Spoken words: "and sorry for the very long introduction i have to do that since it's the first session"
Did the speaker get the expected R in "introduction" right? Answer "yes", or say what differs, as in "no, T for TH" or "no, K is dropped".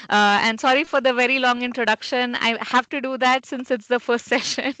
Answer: yes